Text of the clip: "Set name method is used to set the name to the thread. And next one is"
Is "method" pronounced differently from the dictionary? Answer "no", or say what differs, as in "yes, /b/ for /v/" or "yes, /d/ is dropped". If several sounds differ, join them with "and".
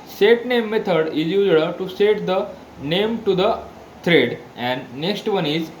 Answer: yes, /t/ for /θ/